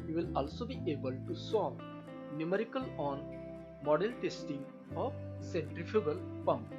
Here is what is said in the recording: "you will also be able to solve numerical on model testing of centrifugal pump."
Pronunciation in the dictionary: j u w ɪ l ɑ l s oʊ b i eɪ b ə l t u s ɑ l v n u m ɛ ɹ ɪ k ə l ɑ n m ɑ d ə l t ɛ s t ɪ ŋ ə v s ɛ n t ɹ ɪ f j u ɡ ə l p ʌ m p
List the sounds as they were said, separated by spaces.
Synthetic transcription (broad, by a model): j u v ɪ l ɑ l s oʊ b i eɪ b ə l t u s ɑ v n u m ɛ ɹ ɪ k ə l ɑ n m ɑ d ə l t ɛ s t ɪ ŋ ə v s ɛ n t ɹ ɪ f j u ɡ ə l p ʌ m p